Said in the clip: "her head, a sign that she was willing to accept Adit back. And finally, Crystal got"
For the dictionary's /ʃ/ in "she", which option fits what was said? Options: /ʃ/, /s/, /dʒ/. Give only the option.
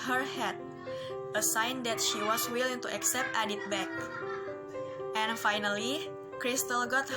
/ʃ/